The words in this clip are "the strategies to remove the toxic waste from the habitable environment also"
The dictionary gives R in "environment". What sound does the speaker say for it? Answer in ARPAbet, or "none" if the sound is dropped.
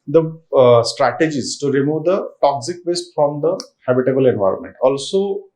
R